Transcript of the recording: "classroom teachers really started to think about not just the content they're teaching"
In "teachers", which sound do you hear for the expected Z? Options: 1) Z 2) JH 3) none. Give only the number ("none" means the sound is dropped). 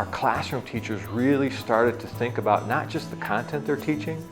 1